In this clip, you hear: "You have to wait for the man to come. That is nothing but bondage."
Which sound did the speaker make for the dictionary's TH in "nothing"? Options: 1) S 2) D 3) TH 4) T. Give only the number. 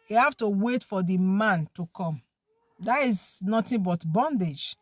4